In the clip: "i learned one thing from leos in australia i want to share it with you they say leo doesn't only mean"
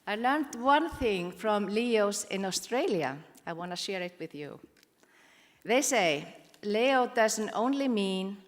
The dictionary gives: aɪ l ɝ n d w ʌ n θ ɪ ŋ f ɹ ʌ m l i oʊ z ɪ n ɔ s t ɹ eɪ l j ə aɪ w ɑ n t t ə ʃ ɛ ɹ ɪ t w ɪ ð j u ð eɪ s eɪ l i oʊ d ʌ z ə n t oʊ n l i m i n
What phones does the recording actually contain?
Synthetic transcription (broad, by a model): aɪ l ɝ n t w ʌ n θ ɪ ŋ f ɹ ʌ m l i oʊ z ɪ n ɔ s t ɹ eɪ l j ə aɪ w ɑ n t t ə ʃ ɛ ɹ ɪ t w ɪ ð j u ð eɪ s eɪ l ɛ oʊ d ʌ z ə n t oʊ n l i m i n